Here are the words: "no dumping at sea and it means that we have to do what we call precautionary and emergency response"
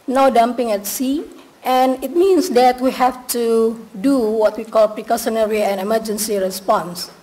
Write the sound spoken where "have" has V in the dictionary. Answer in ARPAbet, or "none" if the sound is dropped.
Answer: F